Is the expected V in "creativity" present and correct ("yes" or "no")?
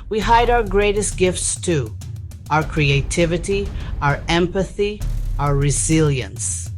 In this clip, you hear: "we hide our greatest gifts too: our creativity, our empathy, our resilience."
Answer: yes